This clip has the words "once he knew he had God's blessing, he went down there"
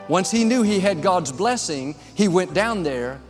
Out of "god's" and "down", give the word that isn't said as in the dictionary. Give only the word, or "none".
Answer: none